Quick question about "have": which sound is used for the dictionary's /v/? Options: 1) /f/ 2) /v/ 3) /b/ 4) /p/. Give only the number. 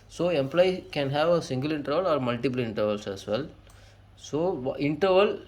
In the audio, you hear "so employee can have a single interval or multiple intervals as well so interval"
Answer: 2